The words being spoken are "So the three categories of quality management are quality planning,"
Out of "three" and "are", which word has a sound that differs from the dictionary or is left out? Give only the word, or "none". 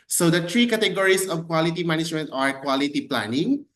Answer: three